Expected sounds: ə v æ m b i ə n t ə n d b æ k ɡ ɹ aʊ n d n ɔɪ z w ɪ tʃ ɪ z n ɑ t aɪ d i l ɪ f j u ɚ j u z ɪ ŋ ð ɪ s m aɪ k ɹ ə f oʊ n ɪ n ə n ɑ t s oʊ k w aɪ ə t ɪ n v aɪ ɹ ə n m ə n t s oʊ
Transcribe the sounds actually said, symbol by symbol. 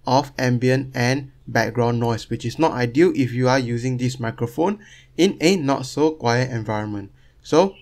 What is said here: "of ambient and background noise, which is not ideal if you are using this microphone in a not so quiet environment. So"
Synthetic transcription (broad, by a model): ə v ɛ m b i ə n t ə n b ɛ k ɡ ɹ aʊ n n ɔɪ s w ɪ tʃ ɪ s n ɑ t aɪ d i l ɪ f j u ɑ j u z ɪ ŋ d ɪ s m aɪ k ɹ ə f oʊ n ɪ n ə n ɑ t s oʊ k w aɪ ə t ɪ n v aɪ ɹ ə n m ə n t s oʊ